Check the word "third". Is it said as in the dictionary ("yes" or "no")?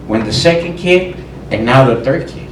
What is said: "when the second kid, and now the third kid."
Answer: yes